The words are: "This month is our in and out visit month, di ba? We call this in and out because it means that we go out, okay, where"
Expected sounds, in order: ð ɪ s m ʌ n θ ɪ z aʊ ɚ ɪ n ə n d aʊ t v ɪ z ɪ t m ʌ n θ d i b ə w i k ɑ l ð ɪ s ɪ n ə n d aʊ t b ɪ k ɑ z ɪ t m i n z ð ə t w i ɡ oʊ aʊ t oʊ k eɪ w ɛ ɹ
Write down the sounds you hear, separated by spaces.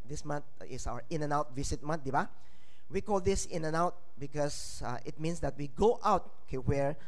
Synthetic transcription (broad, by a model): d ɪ s m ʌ n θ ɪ s aʊ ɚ ɪ n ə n aʊ t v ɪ s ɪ t m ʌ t d i b ə w i k ɑ l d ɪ s ɪ n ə n aʊ t b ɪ k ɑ s ɪ t m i n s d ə t w i ɡ oʊ aʊ t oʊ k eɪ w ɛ ɹ